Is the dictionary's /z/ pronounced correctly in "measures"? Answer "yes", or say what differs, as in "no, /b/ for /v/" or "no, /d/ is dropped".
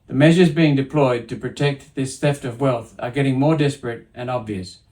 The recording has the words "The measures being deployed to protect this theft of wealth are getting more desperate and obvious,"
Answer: yes